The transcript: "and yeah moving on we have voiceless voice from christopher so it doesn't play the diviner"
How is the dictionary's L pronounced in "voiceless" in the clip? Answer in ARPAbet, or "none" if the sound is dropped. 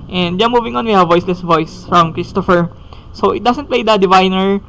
L